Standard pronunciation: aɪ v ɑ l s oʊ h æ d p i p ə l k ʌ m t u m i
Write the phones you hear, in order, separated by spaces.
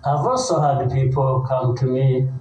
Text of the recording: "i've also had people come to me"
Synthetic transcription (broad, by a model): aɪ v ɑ s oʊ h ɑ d p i p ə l k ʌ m t u m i